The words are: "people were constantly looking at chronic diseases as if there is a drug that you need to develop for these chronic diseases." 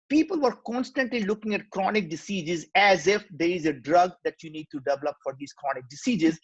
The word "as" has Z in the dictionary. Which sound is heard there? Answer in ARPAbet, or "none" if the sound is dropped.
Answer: Z